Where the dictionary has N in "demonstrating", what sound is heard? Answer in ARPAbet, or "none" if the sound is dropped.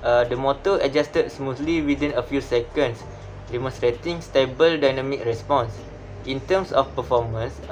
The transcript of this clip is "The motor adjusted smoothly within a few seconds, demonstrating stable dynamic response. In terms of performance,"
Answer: none